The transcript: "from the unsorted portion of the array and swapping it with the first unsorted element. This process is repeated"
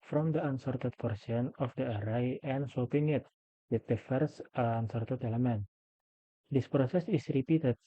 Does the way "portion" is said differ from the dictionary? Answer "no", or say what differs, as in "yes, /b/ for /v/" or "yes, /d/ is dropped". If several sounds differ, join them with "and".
yes, /s/ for /ʃ/